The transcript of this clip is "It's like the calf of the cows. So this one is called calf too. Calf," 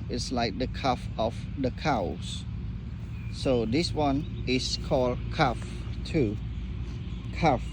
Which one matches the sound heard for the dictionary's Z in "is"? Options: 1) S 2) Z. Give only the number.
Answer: 1